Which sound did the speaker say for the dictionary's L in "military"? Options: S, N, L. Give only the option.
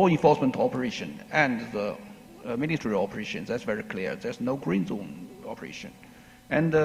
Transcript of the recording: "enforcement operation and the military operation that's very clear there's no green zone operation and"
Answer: N